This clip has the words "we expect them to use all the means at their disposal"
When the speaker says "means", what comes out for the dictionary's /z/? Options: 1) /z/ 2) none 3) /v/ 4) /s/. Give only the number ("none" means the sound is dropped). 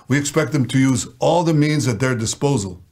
1